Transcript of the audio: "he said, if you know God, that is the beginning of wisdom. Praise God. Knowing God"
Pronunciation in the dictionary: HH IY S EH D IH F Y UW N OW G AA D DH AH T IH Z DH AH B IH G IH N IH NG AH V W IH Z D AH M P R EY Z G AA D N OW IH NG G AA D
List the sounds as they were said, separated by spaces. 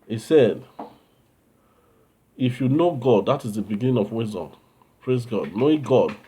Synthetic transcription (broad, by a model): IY S EH D IH F Y UW N OW G AA D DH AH T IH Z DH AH B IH G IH N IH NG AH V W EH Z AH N P R EY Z G AA D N OW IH G AA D